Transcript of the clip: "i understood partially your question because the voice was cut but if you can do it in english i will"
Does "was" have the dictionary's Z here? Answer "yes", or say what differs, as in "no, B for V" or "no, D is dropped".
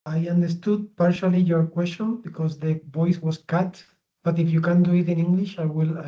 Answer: no, S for Z